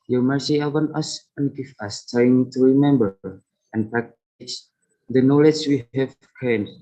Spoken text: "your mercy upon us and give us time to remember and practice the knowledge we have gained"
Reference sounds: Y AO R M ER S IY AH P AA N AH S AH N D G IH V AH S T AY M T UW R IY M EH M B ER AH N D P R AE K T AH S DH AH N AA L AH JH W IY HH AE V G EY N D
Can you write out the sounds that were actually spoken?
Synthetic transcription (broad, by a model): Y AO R M ER S IY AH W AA N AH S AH N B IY F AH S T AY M T UW R IY M EH M B ER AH N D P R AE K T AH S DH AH N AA L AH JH W IY HH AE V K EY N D